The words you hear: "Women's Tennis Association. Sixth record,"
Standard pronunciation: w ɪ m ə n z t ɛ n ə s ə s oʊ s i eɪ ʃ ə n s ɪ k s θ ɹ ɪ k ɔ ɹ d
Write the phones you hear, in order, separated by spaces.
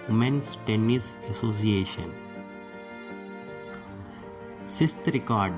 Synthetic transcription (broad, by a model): m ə n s t ɛ n ə s ə s oʊ s i eɪ ʃ ə n s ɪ s t ɹ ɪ k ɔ ɹ d